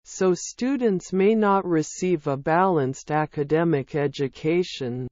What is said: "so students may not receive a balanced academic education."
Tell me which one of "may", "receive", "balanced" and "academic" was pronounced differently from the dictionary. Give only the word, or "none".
none